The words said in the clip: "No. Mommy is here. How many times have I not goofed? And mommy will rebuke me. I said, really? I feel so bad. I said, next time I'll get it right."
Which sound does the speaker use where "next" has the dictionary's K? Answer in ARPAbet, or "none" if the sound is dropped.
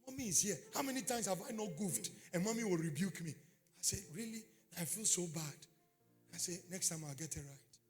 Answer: K